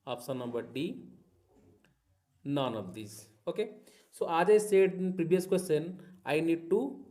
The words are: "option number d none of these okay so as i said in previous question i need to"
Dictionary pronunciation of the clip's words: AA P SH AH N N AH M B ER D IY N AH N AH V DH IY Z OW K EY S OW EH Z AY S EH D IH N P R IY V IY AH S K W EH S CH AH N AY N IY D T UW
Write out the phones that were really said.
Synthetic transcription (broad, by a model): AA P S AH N N AH M B ER D IY N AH N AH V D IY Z OW K EY S OW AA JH AY S EH D IH N P R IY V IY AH S K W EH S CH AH N AY N IY D T UW